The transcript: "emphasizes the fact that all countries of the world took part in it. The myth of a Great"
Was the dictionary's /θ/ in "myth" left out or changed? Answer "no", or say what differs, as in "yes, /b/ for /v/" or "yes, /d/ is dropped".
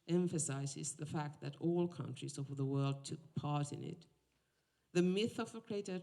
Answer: no